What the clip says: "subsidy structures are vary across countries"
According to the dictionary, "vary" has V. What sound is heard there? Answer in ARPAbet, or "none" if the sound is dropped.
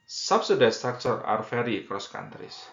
F